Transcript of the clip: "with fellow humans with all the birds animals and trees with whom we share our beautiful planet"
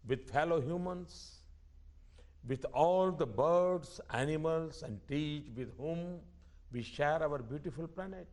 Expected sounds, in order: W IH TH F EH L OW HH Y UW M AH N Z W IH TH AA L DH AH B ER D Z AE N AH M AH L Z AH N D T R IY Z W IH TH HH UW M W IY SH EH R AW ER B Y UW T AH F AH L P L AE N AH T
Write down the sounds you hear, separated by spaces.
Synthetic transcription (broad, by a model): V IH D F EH L OW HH Y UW M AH N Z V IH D AA L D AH B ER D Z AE N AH M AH L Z AH N D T IY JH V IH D HH UW M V IY SH EH R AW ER B Y UW T AH F AH L P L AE N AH T